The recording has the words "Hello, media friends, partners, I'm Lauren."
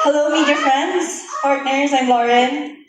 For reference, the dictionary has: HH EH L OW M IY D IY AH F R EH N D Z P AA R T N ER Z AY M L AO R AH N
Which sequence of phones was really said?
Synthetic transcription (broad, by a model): HH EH L OW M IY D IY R F R EH N D Z P AA R T N ER Z AY M L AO R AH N